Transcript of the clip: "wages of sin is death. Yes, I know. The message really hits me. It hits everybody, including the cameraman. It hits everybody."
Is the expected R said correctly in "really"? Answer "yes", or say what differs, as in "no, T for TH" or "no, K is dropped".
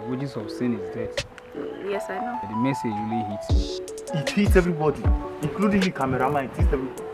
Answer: no, W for R